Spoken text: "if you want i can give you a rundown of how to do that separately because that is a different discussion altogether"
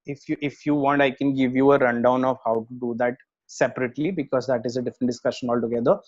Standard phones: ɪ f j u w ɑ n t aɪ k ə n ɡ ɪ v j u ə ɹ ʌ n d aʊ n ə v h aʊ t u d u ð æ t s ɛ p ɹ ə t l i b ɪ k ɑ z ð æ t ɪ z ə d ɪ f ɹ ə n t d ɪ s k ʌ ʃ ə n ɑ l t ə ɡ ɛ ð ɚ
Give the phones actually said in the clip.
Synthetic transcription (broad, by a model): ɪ f j u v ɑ n t aɪ k ə n ɡ ɪ v j u ə ɹ ʌ n d aʊ n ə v h aʊ t u d u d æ t s ɛ p ɹ ə t l i b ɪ k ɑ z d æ t ɪ z ə d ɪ f ɹ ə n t d ɪ s k ʌ ʃ ə n ɑ l t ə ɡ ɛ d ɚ